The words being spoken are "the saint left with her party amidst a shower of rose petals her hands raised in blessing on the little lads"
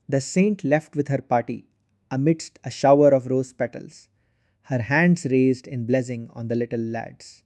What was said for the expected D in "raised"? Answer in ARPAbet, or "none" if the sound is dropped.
D